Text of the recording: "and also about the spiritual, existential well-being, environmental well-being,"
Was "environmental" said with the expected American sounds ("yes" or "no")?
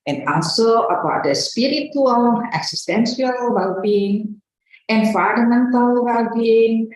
no